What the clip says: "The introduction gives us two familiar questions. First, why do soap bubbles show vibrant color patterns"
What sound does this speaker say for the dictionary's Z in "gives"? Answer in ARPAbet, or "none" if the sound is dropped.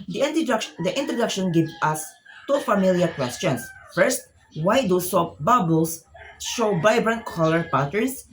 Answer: none